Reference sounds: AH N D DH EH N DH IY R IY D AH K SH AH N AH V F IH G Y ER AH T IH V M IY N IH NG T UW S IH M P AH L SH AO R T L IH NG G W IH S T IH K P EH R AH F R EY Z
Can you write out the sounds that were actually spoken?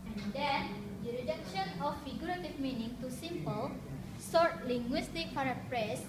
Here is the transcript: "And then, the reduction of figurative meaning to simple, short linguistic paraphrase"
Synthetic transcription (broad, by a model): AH N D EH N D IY R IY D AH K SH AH N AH F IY G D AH T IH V M IY N IH NG T UW S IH M P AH L S AO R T L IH NG G W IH S T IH K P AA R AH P R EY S